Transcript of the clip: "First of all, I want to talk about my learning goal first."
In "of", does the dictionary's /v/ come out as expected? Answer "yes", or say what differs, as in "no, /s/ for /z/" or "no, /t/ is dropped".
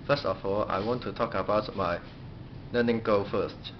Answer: no, /f/ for /v/